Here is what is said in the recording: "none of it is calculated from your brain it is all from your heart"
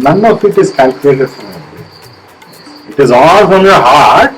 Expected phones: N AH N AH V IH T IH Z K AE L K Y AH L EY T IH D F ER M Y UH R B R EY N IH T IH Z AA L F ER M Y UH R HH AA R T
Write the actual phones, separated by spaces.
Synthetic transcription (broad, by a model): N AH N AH F IH T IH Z K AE L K Y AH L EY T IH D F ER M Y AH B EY IH T IH Z AA L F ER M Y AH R HH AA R T